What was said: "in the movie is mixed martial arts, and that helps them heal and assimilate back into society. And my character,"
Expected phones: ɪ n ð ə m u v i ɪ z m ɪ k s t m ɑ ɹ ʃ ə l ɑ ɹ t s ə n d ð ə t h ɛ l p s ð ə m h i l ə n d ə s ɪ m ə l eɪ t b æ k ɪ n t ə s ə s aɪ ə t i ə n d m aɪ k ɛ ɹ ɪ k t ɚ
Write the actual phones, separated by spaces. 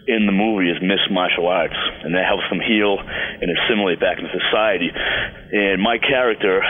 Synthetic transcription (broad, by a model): ɪ n ð ə m u v i ɪ z m ɪ s m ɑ ɹ ʃ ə l ɑ ɹ t s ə n ð ə t h ɛ l p s ð ə m h i l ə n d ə s ɪ m l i b æ k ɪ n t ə s ə s aɪ ə t i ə n m aɪ k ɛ ɹ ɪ k t ɚ